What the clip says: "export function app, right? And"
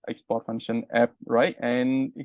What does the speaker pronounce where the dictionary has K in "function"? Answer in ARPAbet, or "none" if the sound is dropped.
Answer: none